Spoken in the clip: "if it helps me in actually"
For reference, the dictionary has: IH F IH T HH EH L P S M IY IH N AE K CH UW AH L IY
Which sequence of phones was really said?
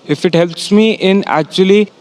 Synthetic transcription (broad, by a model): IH F IH T HH EH L P S M IY IH N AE K CH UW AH L IY